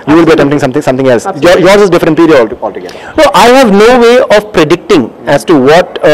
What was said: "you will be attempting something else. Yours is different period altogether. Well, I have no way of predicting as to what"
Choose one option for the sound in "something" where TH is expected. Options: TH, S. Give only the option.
S